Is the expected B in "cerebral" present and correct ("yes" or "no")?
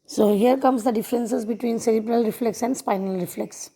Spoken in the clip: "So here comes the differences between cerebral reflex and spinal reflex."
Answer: yes